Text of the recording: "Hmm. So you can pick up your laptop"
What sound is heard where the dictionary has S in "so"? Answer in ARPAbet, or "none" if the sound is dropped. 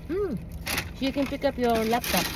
SH